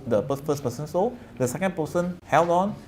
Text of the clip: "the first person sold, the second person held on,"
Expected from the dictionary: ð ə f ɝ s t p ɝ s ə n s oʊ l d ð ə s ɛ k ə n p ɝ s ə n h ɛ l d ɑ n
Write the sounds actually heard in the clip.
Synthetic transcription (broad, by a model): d ə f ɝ s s p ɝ s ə n s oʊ d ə s ɛ k ə n p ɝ s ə n h ɛ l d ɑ n